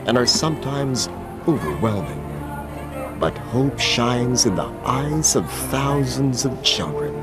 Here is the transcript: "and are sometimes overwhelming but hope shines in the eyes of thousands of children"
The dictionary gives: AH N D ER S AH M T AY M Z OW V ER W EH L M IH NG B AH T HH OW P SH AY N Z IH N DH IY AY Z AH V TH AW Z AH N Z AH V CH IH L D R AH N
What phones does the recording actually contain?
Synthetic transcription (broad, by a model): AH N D ER S AH M T AY M Z OW V ER W EH L M IH NG B AH T HH OW P SH AY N Z IH N DH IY AY Z AH V TH AW Z AH N Z AH V CH IH L D R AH N